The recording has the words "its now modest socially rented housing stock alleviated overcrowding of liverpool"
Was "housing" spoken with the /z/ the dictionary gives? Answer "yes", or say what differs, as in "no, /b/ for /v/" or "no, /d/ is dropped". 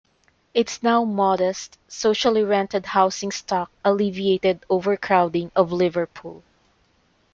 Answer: no, /s/ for /z/